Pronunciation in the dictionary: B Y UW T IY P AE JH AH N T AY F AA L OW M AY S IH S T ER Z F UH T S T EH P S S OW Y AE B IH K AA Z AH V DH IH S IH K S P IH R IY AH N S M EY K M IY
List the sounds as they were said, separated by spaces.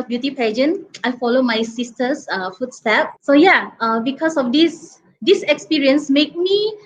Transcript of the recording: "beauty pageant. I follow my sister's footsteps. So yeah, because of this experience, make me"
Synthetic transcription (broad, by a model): B Y UW T IY P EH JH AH N AY F AA L OW M AY S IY S T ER S F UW T S T EH P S S OW Y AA B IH K AA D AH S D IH S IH K S P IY R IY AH N S M EY K M IY